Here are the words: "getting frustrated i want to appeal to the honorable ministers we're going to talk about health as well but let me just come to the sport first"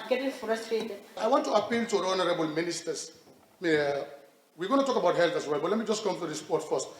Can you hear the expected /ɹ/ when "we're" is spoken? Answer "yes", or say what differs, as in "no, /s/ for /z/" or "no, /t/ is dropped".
no, /w/ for /ɹ/